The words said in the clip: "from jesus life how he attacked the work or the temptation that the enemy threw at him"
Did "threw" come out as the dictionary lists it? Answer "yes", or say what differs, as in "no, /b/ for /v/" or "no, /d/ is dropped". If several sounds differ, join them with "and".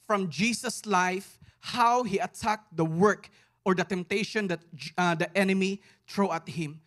no, /t/ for /θ/